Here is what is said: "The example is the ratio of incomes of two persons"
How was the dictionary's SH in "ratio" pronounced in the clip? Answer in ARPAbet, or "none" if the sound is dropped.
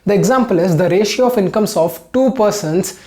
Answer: SH